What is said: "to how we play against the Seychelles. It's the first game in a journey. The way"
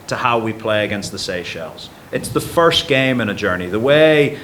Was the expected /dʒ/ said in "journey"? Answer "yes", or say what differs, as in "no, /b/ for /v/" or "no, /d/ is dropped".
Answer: yes